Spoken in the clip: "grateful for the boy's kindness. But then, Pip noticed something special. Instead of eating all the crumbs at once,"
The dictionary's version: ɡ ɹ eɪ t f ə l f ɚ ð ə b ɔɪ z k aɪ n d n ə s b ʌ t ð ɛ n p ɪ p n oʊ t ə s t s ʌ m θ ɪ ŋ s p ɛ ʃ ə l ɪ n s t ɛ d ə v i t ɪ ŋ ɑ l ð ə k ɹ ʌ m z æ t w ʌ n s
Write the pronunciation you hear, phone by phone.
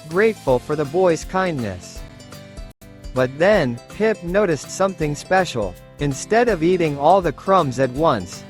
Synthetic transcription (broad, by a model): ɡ ɹ eɪ t f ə l f ɚ ð ə b ɔɪ z k aɪ n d n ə s b ʌ t ð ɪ n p ɪ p n oʊ t ə s t s ʌ m θ ɪ ŋ s p ɛ ʃ l ɪ n s t ɛ d ə v i t ɪ ŋ ɑ l ð ə k ɹ ʌ m z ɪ t w ʌ n s